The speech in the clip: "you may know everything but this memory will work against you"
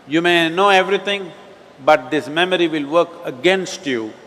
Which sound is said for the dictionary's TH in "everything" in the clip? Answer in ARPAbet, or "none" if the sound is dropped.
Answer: T